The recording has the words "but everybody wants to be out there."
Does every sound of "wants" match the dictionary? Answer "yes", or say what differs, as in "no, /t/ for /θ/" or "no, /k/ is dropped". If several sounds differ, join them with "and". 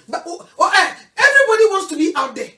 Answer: yes